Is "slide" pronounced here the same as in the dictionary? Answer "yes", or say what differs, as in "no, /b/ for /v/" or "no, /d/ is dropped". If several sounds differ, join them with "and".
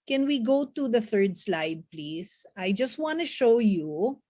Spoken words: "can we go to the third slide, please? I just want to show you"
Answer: yes